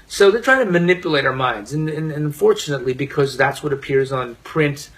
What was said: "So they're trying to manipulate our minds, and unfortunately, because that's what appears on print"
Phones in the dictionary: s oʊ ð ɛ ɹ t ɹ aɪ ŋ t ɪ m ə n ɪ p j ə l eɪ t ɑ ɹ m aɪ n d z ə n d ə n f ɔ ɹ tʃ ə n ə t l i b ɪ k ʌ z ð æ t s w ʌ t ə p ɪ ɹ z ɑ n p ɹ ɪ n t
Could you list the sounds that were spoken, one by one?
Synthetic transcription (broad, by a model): s oʊ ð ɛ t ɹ aɪ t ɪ m ə n ɪ p j ə l eɪ t ɑ ɹ m aɪ n d z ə n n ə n f ɔ ɹ tʃ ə n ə t l i b ɪ k ʌ z ð æ t s w ʌ t ə p ɪ ɹ z n p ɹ ɪ n t